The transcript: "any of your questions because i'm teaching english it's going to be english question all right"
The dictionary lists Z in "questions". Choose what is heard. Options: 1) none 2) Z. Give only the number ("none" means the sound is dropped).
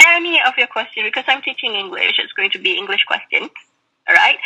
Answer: 1